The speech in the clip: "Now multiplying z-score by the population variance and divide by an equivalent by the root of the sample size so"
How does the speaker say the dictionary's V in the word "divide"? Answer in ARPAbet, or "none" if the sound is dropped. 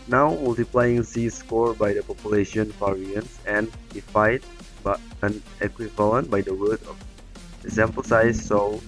F